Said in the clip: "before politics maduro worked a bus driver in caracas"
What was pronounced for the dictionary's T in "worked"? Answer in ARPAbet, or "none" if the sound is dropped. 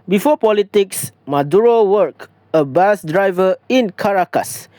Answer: none